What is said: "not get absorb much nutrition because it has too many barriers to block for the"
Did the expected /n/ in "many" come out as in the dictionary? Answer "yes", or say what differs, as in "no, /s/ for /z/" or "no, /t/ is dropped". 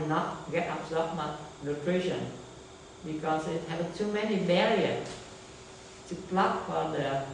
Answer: yes